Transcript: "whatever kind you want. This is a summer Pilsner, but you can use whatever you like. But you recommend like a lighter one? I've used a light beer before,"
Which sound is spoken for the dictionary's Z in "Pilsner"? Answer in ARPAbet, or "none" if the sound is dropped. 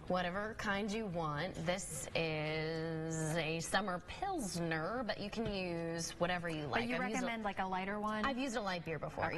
Z